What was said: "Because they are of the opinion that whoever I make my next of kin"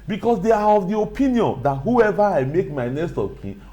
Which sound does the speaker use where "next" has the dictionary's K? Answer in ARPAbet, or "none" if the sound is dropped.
none